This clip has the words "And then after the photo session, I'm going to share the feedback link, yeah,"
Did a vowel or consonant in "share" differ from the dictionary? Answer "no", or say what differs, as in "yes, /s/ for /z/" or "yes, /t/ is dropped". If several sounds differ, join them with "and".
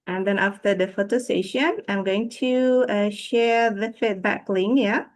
no